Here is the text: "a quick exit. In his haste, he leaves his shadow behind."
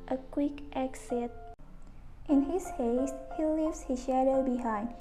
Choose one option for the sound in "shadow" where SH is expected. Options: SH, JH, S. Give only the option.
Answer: SH